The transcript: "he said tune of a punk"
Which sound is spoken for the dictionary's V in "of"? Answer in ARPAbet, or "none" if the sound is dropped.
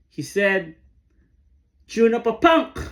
P